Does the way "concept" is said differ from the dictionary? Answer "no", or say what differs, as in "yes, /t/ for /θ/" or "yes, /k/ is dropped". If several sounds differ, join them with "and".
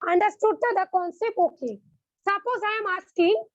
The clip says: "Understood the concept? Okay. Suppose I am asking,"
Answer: yes, /t/ is dropped